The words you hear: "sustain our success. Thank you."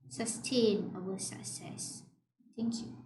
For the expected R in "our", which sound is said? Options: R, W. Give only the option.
W